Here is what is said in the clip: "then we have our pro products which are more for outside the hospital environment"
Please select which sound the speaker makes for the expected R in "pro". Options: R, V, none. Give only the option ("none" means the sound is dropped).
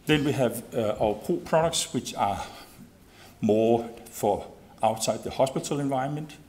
none